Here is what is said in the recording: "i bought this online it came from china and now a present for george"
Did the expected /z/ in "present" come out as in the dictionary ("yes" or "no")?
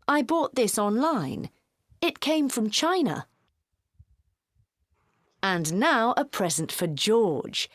yes